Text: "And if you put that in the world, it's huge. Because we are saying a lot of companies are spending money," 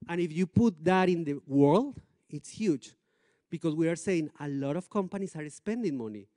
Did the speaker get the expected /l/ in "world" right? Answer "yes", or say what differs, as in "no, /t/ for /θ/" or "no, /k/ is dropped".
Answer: yes